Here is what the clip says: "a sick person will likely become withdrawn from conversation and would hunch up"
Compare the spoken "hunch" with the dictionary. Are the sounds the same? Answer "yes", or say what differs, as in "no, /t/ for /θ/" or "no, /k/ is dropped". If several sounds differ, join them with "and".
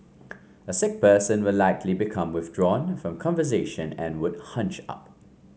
yes